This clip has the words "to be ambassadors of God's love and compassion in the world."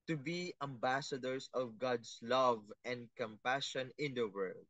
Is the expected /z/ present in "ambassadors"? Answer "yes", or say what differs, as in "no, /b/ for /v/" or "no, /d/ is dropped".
no, /s/ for /z/